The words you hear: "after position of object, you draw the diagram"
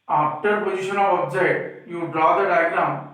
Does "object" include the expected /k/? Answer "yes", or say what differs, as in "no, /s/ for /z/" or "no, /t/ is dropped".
no, /k/ is dropped